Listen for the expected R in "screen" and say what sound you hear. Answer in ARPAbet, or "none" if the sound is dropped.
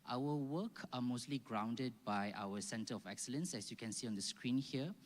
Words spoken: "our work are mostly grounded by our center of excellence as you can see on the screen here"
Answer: R